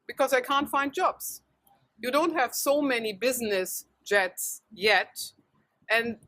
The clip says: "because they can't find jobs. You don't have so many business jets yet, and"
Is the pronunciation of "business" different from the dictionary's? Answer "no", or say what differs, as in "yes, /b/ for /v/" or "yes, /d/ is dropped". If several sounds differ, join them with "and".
no